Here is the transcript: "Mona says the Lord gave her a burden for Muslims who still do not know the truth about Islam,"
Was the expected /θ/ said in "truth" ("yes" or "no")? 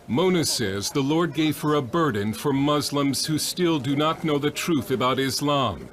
yes